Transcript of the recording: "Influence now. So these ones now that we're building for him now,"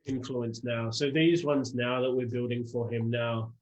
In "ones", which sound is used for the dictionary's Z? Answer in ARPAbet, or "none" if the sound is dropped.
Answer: Z